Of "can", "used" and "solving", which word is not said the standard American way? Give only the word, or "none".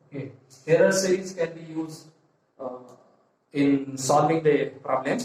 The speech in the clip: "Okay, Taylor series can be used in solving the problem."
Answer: none